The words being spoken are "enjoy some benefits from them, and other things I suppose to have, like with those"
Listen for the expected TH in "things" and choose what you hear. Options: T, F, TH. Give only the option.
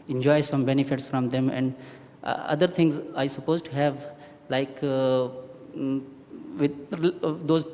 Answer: T